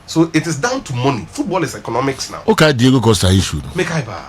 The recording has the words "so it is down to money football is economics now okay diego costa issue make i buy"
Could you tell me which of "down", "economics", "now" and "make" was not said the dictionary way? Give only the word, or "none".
none